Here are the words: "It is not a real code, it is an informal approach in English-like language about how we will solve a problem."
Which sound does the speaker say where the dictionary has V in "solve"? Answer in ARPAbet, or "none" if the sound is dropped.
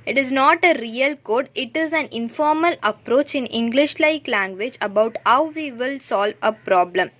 V